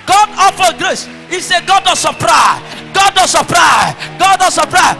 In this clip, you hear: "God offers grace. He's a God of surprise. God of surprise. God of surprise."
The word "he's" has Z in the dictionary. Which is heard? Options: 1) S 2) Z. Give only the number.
1